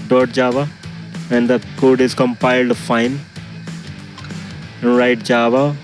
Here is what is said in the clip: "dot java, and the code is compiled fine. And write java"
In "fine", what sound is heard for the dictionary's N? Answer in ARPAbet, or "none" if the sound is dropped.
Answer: none